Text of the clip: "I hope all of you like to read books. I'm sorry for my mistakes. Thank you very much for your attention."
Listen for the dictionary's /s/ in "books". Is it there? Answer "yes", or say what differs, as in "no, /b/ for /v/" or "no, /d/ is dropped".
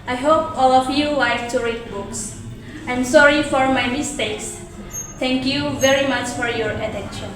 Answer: yes